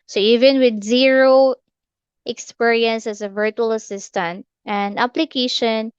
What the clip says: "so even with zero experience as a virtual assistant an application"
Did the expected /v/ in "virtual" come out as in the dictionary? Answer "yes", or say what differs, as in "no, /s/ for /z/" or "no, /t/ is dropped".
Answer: yes